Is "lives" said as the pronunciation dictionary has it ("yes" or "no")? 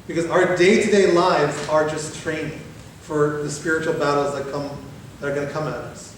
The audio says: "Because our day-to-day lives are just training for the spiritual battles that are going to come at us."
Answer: yes